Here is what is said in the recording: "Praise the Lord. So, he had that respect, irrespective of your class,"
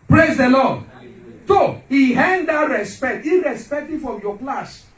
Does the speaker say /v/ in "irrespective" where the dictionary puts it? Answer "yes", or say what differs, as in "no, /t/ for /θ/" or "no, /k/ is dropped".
no, /f/ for /v/